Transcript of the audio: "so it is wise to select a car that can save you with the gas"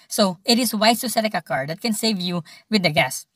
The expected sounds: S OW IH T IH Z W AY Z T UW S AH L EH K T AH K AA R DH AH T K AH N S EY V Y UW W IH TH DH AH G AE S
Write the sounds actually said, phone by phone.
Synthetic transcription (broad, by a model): S OW IH T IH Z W AY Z T UW S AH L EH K AH K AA R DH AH T K AH N S EY V Y UW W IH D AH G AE S